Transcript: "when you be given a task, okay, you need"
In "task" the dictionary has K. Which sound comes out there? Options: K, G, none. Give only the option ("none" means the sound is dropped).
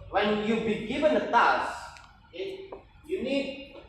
none